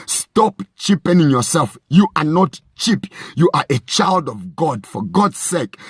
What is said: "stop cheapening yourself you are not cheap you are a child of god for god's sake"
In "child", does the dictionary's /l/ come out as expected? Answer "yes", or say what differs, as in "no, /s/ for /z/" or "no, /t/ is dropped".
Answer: yes